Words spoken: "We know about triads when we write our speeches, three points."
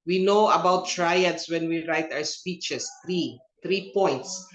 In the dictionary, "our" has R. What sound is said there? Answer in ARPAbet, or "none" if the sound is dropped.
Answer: W